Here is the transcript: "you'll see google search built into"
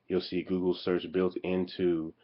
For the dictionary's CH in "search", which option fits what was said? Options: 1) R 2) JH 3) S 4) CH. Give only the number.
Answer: 4